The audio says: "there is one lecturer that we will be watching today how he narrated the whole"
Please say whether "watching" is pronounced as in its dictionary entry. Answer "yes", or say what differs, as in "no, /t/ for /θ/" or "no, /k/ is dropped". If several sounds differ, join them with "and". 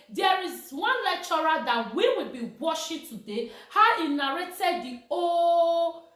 no, /ʃ/ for /tʃ/